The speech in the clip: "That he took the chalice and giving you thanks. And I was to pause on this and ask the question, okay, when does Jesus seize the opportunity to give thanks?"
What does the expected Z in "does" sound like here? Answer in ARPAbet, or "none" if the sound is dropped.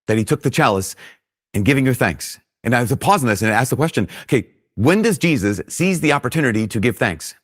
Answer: Z